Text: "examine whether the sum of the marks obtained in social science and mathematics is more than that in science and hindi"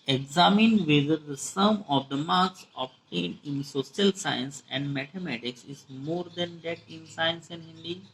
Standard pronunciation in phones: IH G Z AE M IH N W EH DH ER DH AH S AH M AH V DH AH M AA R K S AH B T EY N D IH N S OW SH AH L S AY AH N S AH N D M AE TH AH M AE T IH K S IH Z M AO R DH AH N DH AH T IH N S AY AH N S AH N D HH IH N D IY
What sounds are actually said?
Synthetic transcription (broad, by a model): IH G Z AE M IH N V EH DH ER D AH S AH M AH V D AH M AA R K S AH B T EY N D IH N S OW S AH L S AY AH N S AH N D M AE T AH M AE T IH K S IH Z M AO R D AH N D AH T IH N S AY AH N S AH N D HH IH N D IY